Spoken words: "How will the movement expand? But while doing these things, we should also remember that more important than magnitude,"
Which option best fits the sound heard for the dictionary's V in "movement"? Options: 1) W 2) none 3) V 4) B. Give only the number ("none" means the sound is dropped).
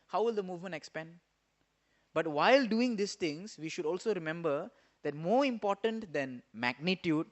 3